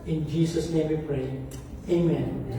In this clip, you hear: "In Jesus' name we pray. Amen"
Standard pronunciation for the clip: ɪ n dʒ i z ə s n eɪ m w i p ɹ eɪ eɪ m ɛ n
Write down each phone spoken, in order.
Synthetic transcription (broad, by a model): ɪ n dʒ i s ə s n eɪ m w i p ɹ eɪ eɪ m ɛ n